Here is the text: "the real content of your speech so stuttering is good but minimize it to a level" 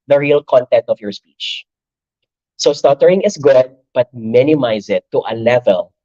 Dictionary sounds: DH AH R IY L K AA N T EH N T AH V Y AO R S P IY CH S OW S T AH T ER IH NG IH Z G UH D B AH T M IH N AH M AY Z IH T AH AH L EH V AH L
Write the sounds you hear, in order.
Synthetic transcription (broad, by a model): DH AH R IY L K AA N T EH N T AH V Y AO R S P IY CH S OW S T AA T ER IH NG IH S G UH D B AH T M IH N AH M AY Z IH T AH AH L EH V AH L